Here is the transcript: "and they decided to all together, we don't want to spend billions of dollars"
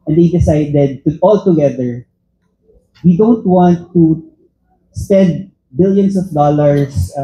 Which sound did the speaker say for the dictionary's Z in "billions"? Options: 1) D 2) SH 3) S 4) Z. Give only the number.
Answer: 3